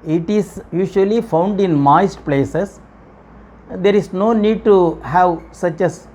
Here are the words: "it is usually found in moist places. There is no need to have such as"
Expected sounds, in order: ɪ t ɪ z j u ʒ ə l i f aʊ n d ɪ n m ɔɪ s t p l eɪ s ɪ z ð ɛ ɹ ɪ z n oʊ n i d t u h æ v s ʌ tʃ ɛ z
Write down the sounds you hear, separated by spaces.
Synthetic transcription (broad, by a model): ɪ t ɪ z j u ʃ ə l i f aʊ n d ɪ n m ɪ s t p l eɪ s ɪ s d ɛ ɹ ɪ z n oʊ n i d t u h æ v s ʌ tʃ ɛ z